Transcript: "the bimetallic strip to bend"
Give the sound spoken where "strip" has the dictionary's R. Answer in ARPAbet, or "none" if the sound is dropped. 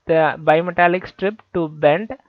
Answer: R